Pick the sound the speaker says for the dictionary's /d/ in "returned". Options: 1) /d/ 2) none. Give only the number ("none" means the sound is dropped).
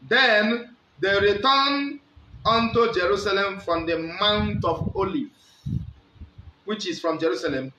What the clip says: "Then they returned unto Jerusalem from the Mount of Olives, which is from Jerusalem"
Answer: 2